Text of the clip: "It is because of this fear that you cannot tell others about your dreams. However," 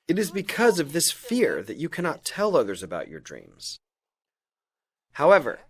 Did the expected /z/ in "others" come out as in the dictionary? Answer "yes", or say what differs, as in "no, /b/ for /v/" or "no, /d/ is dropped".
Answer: yes